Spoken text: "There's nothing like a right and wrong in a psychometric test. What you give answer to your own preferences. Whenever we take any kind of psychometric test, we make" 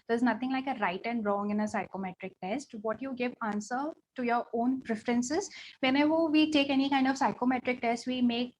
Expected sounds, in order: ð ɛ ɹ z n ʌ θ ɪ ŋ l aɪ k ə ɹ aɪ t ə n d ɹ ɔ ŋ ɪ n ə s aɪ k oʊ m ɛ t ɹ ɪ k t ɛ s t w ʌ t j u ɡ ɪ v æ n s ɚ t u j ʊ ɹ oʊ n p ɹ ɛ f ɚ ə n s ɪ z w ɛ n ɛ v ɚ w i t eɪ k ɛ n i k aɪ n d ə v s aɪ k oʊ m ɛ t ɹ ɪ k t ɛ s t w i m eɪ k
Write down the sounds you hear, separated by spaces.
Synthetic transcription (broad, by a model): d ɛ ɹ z n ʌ t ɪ ŋ l aɪ k ə ɹ aɪ t ə n d ɹ ɔ ŋ ɪ n ə s aɪ k oʊ m ɛ t ɹ ɪ k t ɛ s t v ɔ t j u ɡ ɪ v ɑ n s ɚ t u j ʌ ɹ oʊ n p ɹ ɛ f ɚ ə n s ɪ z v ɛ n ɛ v ɚ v i t eɪ k ɛ n i k aɪ n d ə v s aɪ k oʊ m ɛ t ɹ ɪ k t ɛ s t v i m eɪ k